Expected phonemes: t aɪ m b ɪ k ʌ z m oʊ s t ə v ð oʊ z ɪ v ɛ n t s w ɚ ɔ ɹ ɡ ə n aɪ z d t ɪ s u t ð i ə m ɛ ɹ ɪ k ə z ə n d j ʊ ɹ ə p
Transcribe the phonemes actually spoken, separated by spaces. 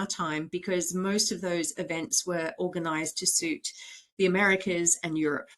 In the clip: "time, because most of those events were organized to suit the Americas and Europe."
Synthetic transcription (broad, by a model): t aɪ m b ɪ k ʌ z m oʊ s t ə v ð oʊ z ɪ v ɛ n t s w ɚ ɔ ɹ ɡ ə n aɪ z t ɪ s u t ð i ə m ɛ ɹ ɪ k ə z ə n j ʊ ɹ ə p